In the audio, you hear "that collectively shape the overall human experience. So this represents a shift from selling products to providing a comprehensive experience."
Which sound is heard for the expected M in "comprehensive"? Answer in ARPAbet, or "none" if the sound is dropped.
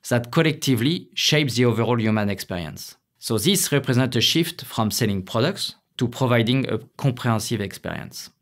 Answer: none